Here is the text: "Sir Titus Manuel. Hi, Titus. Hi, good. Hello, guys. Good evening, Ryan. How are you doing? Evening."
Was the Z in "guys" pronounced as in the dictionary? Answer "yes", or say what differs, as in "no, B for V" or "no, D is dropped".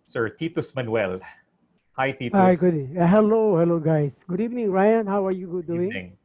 no, S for Z